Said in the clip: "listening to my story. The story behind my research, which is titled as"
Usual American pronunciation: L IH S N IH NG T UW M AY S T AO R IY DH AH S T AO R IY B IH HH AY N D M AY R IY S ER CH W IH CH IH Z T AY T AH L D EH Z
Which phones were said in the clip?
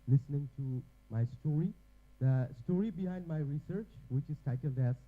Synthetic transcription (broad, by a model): L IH S N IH NG T UW M AY S T AO R IY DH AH S T AO R IY B IH HH AY N D M AY R IY S ER CH W IH CH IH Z T AY T AH L D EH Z